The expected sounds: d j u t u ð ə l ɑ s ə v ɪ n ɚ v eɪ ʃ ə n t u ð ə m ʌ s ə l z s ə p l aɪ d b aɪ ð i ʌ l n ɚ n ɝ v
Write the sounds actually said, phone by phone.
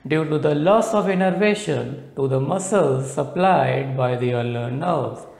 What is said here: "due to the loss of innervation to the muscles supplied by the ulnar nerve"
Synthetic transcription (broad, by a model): d j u t u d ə l ɑ s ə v ɪ n ɚ v eɪ ʃ ə n t u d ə m ʌ s ə l z s ə p l aɪ d b aɪ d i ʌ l ɚ n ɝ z